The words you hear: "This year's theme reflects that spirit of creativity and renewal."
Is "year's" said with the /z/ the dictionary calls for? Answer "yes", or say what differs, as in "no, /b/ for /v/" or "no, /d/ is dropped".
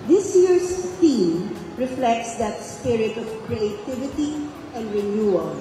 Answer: no, /s/ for /z/